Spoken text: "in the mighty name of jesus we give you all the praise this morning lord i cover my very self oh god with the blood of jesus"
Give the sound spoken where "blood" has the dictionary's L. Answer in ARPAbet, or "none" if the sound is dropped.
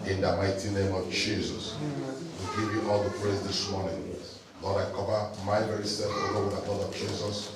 none